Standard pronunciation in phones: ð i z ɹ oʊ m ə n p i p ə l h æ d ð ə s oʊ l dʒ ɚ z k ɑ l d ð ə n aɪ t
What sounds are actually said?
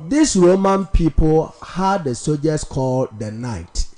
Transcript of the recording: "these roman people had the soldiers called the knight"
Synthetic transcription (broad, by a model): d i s ɹ oʊ m ə n p i p ə l h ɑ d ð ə s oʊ dʒ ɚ s k ɑ l d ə n aɪ t